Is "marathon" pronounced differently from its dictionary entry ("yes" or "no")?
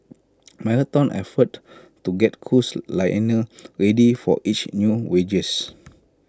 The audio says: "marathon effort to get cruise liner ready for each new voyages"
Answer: yes